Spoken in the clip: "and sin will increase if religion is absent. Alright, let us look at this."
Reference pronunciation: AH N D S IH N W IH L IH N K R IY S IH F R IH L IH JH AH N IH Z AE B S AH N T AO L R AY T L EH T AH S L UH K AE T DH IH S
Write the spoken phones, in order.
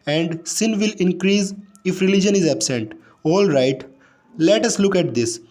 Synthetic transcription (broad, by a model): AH N D S IH N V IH L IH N K R IY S IH F R IH L IH JH AH N IH Z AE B S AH N T AO L R AY T L EH T AH S L UH K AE T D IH S